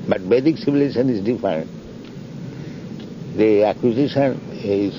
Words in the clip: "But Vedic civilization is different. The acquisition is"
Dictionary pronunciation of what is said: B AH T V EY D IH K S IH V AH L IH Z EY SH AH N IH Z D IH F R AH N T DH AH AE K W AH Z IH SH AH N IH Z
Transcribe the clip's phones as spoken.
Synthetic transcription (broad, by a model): B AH T B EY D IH K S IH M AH L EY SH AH N IH Z D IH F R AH N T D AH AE K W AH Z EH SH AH N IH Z